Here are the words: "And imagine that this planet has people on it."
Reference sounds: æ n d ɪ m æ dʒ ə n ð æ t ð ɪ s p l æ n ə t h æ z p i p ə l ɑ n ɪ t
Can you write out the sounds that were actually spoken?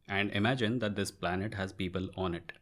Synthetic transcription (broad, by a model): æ n d ɪ m æ dʒ ə n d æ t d ɪ s p l æ n ə t h æ z p i p ə l ɑ n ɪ t